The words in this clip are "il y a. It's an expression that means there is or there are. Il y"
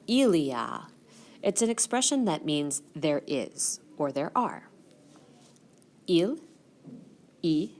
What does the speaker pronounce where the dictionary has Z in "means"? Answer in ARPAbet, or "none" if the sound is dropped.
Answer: Z